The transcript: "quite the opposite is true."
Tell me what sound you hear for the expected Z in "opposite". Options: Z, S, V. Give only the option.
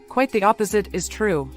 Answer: Z